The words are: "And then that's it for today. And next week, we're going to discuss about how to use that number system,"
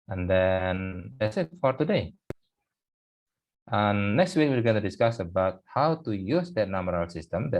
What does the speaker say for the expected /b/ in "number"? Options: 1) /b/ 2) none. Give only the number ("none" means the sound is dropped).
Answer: 2